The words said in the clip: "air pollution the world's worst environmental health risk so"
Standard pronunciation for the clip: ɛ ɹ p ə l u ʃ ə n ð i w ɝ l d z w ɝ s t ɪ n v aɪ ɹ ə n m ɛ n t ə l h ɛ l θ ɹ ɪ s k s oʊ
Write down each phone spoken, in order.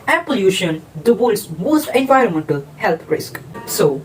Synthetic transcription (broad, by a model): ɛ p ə l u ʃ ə n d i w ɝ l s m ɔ s t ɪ n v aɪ ɹ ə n m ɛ n t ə l h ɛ l t ɹ ɪ s k s oʊ